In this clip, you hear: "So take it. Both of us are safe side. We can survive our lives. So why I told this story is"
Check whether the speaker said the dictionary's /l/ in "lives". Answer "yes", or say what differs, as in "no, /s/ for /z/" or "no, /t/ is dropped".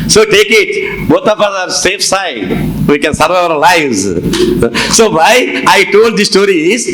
yes